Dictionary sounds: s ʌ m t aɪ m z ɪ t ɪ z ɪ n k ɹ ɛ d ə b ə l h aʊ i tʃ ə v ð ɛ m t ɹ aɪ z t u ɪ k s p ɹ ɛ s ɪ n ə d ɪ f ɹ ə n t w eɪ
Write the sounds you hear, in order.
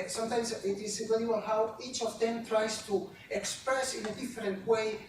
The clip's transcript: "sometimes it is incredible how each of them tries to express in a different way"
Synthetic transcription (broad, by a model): s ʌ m t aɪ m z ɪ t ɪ s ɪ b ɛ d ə ə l h aʊ i tʃ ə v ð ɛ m t ɹ aɪ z t u ɪ k s p ɹ ɛ s ɪ n ə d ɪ f ɹ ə n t w eɪ